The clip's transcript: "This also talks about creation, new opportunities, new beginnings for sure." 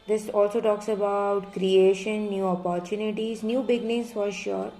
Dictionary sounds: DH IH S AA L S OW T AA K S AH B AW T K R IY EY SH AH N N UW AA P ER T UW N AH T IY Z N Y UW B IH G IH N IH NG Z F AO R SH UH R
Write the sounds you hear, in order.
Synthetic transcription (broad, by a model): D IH S AA L S OW T AA K S AH B AW T K R IY EY SH AH N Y UW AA P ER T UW N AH T IY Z N Y UW B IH G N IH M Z F AO R SH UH R